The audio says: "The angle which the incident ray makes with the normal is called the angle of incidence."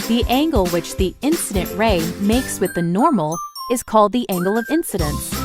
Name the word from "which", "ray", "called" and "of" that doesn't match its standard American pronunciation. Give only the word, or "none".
none